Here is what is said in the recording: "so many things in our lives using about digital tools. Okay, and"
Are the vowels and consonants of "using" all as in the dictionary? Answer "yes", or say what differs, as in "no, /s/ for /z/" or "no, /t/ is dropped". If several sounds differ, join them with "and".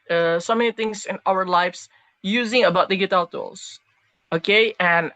yes